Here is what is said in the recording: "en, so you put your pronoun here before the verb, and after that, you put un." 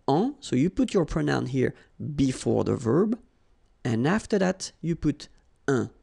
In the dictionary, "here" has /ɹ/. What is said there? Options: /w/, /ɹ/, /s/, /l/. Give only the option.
/ɹ/